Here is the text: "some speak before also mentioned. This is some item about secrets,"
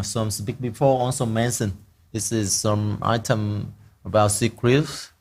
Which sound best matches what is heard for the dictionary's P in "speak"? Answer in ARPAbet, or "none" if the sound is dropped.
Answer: B